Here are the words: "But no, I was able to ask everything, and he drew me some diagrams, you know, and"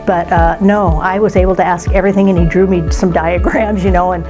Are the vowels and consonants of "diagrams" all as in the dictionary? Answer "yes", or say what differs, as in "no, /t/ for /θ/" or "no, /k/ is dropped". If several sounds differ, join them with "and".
yes